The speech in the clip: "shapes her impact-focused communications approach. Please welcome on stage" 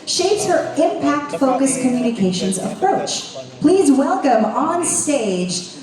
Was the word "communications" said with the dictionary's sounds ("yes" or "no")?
yes